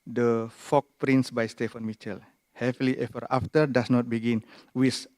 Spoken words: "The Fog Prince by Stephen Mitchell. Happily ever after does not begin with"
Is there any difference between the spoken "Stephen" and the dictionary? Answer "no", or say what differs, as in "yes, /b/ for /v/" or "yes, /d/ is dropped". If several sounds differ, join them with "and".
yes, /f/ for /v/